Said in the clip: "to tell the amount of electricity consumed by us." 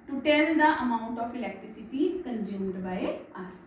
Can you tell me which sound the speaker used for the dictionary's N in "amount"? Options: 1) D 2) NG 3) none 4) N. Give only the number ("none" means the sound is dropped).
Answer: 3